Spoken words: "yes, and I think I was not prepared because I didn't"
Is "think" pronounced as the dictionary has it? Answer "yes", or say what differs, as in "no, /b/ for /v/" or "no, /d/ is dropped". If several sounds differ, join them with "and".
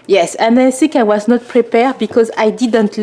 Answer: no, /s/ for /θ/